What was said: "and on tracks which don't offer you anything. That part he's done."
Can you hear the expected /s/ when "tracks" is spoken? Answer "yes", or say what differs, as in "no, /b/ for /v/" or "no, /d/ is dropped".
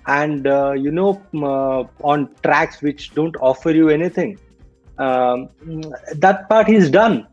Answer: yes